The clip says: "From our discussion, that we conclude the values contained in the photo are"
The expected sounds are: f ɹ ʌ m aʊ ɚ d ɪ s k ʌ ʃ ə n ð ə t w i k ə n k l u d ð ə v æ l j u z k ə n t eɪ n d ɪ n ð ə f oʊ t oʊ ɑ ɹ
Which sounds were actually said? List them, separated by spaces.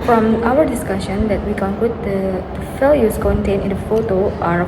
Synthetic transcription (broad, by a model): f ɹ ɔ m aʊ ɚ d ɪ s k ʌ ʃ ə n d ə t w i k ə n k l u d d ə f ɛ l j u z k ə n t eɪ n ɪ n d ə f oʊ t oʊ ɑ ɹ